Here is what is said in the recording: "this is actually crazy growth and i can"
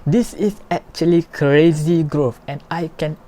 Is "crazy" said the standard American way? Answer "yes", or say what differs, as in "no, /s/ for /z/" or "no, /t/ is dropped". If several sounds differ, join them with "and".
yes